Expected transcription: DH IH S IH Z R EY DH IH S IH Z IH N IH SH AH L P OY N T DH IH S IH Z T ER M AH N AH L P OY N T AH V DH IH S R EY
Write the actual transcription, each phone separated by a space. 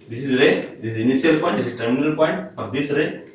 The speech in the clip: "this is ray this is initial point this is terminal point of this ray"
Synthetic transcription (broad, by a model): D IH S IH Z R EY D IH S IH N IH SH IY AH L P OY N T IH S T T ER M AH N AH L P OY N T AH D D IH S R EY